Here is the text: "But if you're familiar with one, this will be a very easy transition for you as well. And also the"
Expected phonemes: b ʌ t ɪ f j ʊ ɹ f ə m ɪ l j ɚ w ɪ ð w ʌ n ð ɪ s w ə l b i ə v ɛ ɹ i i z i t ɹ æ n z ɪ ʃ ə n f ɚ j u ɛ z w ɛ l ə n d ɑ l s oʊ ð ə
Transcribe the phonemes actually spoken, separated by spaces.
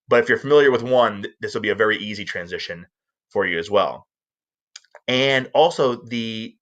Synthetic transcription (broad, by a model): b ʌ t ɪ f j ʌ ɹ f ə m ɪ l j ɚ w ɪ ð w ʌ n ð ɪ s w l b i ə v ɛ ɹ i i z i t ɹ æ n z ɪ ʃ ə n f ɚ j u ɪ z w ɛ l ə n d ɑ l s oʊ ð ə